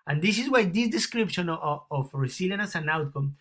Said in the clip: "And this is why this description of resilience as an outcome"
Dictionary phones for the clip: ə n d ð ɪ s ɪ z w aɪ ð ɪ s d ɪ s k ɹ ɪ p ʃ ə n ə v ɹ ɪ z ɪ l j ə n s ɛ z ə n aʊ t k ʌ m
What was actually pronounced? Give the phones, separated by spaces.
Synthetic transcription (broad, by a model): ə n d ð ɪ s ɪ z w aɪ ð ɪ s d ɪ s k ɹ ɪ p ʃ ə n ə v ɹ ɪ s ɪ l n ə s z ə n aʊ t k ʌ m